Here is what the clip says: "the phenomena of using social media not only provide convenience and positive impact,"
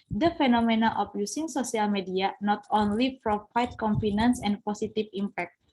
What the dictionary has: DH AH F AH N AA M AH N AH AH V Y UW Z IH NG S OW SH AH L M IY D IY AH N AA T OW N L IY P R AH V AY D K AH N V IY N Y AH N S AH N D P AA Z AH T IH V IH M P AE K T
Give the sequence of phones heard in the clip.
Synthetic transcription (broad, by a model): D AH F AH N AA M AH N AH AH F Y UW S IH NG S OW S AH L M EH D IY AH N AA T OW N L IY F R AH F AY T K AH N F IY N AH N S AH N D P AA S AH T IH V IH M P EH K T